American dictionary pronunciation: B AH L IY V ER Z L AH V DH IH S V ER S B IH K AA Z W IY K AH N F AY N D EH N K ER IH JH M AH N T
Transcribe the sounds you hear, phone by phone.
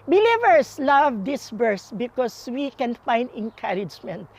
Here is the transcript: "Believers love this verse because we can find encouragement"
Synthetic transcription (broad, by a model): B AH L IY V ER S L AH V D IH S B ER S B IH K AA S W IY K AH N F AY N D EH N K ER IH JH M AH N T